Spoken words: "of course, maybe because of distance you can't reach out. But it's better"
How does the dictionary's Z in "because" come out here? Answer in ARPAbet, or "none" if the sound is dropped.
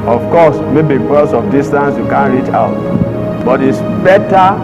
S